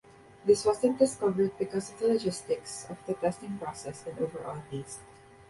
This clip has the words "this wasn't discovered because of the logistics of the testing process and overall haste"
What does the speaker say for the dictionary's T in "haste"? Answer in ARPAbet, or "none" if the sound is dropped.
none